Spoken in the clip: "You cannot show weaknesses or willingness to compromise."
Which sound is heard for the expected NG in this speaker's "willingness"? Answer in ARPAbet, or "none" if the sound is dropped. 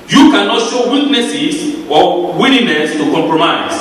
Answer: none